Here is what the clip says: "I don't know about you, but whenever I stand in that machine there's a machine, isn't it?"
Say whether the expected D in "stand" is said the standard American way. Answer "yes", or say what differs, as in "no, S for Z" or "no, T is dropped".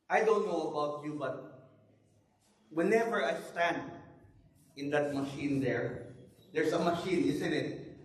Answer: yes